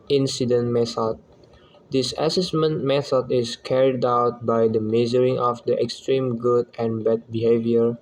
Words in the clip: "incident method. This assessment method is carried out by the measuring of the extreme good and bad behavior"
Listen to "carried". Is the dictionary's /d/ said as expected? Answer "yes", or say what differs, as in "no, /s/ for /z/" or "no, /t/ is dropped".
yes